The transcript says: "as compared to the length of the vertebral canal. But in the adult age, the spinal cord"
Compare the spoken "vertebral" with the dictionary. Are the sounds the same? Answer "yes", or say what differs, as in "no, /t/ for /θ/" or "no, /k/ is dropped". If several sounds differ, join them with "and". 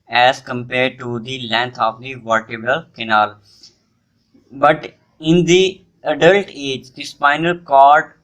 no, /ɹ/ is dropped